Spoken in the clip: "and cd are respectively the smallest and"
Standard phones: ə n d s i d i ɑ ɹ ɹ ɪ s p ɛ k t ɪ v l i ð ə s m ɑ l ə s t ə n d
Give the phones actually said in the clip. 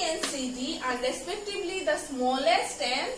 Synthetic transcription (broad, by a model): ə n s i d i ɑ ɹ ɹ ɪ s p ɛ k t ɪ b l i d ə s m ɑ l ə s t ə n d